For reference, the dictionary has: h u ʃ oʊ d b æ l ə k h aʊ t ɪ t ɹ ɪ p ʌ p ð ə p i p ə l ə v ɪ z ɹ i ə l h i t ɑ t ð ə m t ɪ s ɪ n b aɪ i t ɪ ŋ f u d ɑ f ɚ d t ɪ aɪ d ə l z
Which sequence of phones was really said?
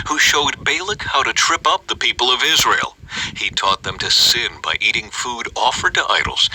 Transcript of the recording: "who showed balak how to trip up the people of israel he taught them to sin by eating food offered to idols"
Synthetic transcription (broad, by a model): h u ʃ oʊ d b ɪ l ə k h aʊ t ɪ t ɹ ɪ p ʌ p ð ə p i p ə l ə v ɪ z ɹ i ə l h i t ɑ t ð ə m t ɪ s ɪ n b aɪ i t ɪ ŋ f u d ɑ f ɚ d t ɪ aɪ d l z